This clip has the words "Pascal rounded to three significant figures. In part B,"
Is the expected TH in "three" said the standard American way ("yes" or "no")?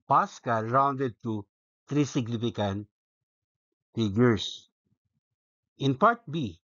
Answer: no